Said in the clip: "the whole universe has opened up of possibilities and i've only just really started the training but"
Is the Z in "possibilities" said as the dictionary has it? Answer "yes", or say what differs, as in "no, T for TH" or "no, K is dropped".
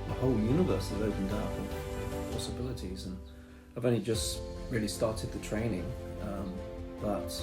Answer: yes